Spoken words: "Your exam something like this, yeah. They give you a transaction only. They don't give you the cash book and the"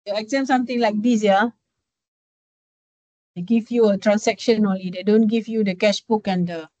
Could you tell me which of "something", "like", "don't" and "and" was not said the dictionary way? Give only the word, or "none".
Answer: something